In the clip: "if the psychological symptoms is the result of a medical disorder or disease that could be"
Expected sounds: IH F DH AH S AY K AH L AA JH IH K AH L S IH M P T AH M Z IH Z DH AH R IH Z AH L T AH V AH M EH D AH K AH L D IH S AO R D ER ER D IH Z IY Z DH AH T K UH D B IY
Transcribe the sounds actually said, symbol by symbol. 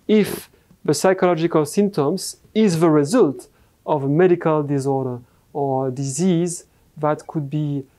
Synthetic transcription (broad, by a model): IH F DH AH S AY K AH L AA JH IH K AH L S IH M P T AH M Z IH Z DH AH R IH Z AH L T AH V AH M EH D AH K AH L D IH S AO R D ER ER D IH Z IY Z DH AH T K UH D B IY